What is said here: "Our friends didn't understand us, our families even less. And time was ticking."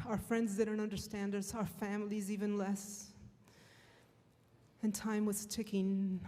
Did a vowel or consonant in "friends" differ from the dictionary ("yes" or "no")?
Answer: no